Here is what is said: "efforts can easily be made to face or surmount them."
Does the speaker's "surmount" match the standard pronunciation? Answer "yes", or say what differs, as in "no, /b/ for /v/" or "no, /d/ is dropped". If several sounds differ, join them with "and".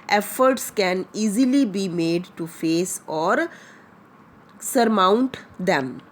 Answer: yes